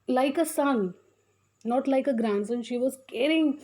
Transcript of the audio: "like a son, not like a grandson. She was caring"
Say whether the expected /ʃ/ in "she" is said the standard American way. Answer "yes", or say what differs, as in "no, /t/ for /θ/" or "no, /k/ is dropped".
yes